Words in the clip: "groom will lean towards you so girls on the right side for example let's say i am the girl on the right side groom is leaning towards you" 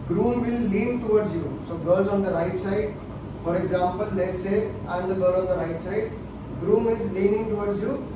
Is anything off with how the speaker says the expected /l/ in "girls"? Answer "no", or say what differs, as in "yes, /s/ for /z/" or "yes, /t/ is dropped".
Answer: yes, /l/ is dropped